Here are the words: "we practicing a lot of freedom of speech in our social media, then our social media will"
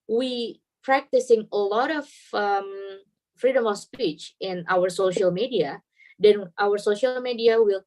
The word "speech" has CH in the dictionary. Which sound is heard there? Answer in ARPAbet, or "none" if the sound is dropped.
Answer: CH